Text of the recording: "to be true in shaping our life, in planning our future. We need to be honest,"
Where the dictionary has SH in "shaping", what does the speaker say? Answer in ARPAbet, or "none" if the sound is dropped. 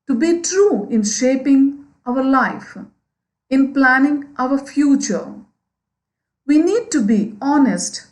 SH